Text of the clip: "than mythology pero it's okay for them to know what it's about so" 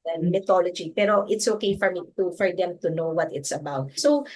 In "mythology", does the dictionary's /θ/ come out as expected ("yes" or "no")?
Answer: no